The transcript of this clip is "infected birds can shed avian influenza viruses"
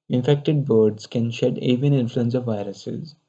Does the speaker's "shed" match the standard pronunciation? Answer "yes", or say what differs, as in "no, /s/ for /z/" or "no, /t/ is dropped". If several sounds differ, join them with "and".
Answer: yes